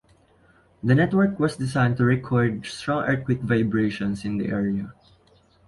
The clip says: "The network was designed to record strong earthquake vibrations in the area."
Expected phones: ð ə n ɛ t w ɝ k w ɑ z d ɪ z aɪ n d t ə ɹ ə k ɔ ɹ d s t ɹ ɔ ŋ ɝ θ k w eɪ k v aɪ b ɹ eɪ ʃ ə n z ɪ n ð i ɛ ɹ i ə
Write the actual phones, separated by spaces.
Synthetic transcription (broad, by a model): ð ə n ɛ t w ɝ k w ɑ s d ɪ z aɪ n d t ə ɹ ə k ɔ ɹ d s t ɹ ɔ ŋ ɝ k w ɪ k v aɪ b ɹ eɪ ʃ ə n s ɪ n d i ɛ ɹ i ə